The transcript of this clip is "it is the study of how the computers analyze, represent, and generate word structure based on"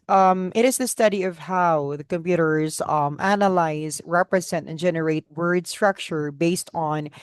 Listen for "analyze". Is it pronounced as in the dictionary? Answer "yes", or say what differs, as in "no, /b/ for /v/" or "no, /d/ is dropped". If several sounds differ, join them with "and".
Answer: yes